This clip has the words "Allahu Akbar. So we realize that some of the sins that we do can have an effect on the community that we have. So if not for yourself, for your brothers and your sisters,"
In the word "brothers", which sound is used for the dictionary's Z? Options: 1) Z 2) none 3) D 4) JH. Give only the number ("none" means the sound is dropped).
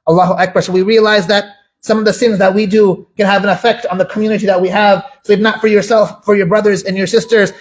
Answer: 1